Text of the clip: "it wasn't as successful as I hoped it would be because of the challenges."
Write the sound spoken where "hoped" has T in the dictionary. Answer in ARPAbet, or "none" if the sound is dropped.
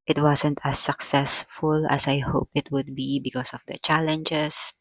none